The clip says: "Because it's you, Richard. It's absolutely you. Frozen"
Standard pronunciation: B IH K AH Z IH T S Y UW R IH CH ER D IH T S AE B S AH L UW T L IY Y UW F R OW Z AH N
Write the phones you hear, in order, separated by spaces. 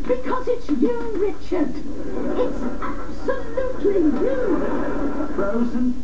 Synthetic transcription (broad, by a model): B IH K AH Z IH T S Y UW R IH CH ER D IH T S AE B S AH L UW T L IY Y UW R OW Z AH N